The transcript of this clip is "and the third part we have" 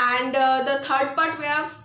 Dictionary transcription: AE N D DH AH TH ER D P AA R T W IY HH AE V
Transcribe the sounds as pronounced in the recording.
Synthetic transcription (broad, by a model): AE N D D AH T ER D P AA R T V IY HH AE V